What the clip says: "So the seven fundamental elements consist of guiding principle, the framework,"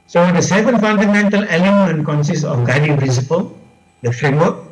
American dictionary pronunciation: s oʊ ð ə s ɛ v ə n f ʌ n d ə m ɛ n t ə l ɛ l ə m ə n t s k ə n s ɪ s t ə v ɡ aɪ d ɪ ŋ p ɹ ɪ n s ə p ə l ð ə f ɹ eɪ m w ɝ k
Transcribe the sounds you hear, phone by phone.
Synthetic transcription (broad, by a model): s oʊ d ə s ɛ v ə n f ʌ n d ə m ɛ n t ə l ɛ l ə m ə n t k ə n s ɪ s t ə f ɡ aɪ d ɪ ŋ p ɹ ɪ n s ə p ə l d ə f ɹ eɪ m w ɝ k